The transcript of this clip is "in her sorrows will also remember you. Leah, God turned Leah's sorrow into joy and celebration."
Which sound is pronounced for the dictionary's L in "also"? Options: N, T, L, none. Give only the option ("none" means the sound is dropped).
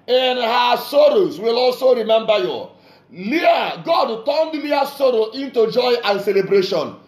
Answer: L